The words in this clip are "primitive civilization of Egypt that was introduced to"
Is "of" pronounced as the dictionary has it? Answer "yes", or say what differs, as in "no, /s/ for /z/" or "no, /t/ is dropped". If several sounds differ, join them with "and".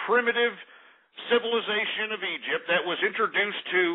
yes